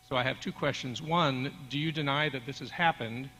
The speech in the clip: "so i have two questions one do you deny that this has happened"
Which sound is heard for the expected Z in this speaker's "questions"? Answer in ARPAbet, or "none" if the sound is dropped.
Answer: Z